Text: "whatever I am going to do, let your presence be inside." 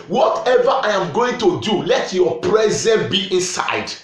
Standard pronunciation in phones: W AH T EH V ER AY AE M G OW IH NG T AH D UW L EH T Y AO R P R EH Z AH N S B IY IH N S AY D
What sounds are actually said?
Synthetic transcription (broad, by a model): W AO T EH V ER AY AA M G OW IH NG T AH D UW L EH T Y AO P R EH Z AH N B IY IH N S AY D